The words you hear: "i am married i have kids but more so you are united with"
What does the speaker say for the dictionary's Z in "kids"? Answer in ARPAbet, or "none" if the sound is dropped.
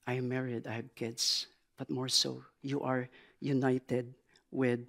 S